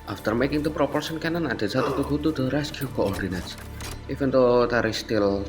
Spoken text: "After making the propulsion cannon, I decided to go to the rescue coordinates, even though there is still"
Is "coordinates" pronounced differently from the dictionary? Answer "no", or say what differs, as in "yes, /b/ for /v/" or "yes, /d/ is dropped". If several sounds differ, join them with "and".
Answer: no